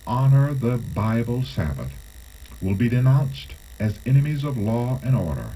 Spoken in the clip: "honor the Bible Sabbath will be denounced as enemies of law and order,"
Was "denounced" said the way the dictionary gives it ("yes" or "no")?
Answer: yes